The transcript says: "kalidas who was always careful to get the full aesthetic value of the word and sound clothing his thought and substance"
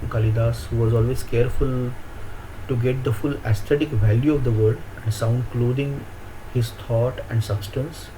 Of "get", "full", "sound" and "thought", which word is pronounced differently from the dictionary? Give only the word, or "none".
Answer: thought